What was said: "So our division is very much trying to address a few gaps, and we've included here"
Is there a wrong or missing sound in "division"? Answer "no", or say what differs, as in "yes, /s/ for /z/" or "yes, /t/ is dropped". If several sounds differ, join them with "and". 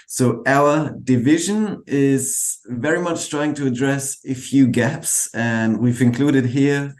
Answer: no